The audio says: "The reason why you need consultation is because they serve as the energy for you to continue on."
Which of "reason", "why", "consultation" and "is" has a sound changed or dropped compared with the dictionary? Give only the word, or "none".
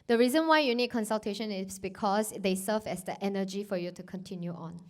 is